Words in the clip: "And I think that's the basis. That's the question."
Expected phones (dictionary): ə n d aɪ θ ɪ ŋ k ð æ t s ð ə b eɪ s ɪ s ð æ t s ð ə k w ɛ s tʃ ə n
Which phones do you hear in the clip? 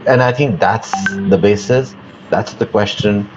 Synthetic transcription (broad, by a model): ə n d aɪ θ ɪ ŋ k ð æ t s ð ə b eɪ s ɪ s ð æ t s ð ə k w ɛ s tʃ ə n